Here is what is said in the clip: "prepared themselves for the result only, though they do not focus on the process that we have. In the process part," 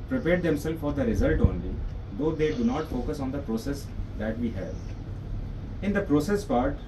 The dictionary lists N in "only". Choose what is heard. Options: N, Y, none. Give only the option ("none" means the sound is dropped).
N